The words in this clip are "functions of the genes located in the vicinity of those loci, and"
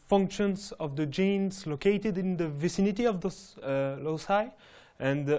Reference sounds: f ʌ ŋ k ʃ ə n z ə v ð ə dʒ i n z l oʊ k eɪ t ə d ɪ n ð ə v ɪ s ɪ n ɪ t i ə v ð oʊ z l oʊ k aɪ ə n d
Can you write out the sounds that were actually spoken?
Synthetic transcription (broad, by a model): f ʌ ŋ k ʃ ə n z ə v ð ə dʒ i n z l oʊ k eɪ t ə d ɪ n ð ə v ɪ s ɪ n ɪ t i ə v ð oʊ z l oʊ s aɪ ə n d